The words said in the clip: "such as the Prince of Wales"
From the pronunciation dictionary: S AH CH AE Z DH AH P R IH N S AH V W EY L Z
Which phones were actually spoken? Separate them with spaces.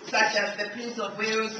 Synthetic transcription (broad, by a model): S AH CH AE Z DH AH P IY S AH V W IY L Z